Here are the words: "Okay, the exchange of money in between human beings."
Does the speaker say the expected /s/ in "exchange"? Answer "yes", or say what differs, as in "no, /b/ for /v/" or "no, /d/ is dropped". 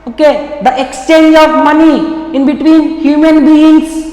yes